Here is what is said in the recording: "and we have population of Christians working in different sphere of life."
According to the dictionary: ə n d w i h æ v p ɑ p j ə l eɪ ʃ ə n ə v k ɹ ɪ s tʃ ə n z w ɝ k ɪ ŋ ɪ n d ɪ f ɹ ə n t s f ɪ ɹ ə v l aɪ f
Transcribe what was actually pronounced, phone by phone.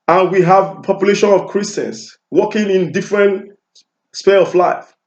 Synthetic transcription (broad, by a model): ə n w i h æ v p ɑ p j ə l eɪ ʃ ə n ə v k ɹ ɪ s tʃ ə n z w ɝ k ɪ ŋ ɪ n d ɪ f ɹ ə n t s p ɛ l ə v l aɪ f